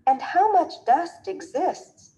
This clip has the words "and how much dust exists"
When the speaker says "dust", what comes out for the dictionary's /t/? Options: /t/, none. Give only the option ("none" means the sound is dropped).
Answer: /t/